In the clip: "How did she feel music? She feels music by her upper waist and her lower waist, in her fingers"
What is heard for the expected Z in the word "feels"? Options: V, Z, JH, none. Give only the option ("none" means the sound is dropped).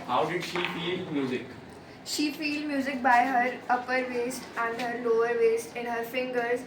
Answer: none